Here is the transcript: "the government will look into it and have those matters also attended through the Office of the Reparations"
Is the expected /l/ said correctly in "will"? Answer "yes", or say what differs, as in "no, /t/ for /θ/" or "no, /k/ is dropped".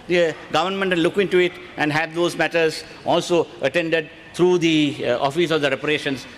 no, /n/ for /l/